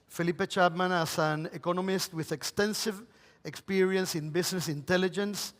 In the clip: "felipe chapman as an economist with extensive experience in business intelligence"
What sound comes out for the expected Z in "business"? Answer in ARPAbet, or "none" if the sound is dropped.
S